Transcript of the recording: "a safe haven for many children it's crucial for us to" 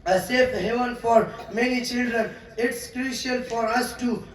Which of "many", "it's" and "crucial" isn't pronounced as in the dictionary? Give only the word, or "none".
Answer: crucial